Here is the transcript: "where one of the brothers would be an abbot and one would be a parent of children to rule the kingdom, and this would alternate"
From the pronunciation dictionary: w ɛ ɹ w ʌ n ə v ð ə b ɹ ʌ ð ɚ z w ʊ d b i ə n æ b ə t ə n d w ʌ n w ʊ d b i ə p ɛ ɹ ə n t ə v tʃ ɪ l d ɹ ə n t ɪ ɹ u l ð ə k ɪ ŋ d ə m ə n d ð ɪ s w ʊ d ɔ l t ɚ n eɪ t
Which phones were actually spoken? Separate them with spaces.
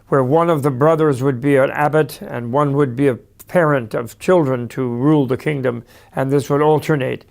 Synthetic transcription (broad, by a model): w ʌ ɹ w ʌ n ə v ð ə b ɹ ʌ ð ɚ z w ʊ d b i ə n æ b ə t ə n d w ʌ n w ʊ d b i ə p ɛ ɹ ə n t ə v tʃ ɪ l d ɹ ə n t ɪ ɹ u l ð ə k ɪ ŋ d ə m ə n ð ɪ s w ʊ d ɔ l t ɚ n eɪ t